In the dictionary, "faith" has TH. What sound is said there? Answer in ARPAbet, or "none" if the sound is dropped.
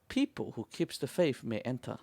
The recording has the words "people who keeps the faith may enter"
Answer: F